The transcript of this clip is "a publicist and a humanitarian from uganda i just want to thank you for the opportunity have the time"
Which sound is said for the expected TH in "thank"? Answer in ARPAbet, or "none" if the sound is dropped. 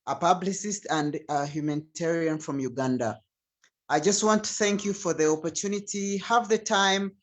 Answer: TH